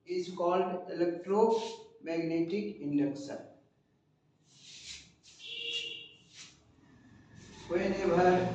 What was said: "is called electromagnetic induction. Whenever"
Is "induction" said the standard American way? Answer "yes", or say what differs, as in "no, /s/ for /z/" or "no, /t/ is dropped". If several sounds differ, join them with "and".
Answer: no, /s/ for /ʃ/